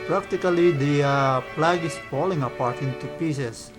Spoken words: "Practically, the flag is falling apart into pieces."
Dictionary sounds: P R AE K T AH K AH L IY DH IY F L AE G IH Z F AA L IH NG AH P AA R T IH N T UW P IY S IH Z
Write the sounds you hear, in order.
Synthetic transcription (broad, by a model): P R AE K T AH K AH L IY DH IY P L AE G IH S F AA L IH NG AH P AA R T IH N T UW P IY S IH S